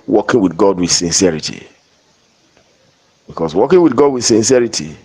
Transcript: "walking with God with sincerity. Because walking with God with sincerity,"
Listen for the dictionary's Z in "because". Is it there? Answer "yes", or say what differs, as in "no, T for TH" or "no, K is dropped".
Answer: no, S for Z